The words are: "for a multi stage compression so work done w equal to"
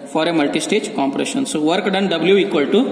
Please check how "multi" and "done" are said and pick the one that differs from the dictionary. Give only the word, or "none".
none